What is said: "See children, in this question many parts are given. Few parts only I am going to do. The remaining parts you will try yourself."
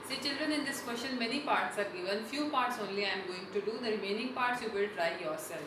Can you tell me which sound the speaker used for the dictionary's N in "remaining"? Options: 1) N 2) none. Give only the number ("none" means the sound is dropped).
1